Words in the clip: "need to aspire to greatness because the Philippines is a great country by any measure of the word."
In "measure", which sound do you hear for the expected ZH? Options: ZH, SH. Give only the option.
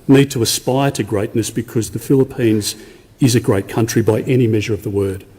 ZH